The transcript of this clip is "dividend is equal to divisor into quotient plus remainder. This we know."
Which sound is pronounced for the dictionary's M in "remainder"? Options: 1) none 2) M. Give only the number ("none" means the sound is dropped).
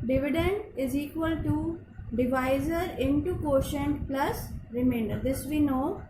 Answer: 2